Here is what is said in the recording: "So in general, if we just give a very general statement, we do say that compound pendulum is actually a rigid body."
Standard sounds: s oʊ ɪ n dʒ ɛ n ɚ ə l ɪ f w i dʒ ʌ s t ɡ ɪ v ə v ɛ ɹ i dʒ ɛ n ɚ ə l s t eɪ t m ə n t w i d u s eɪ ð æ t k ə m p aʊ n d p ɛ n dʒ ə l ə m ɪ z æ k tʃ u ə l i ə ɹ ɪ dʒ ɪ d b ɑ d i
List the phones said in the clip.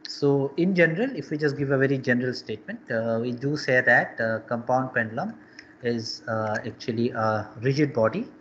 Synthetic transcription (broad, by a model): s oʊ ɪ n dʒ ɛ n ɚ ə l ɪ f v i dʒ ʌ s t ɡ ɪ v ə v ɛ ɹ i dʒ ɛ n ɚ ə l s t eɪ t m ə n t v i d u s eɪ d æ t k ə m p aʊ n d p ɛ n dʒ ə l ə m ɪ z æ k tʃ u ə l i ə ɹ ɪ dʒ ɪ d b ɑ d i